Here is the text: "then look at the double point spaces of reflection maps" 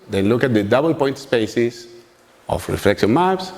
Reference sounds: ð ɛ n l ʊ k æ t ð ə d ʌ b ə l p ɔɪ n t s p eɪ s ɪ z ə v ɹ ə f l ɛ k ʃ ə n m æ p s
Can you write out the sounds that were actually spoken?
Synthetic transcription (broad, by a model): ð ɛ n l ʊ k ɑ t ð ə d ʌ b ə l p ɔɪ n t s p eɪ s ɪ s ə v ɹ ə f l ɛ k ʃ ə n m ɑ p s